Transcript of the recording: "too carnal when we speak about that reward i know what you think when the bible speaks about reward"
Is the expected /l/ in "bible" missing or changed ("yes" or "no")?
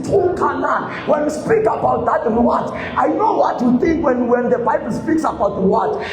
no